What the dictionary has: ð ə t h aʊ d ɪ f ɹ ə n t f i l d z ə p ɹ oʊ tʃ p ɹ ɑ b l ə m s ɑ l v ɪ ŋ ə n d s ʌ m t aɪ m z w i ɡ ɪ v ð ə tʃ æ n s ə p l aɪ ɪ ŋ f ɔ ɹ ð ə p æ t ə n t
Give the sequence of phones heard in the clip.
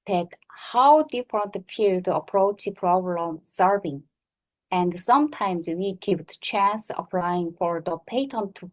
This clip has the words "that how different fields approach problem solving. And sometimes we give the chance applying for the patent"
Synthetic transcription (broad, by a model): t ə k h aʊ d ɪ f ɹ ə n t p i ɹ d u ə p ɹ oʊ tʃ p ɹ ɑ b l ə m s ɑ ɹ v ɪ ŋ ə n d s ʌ m t aɪ m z w i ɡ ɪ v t tʃ æ n s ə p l aɪ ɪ ŋ f ɔ ɹ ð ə p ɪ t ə n t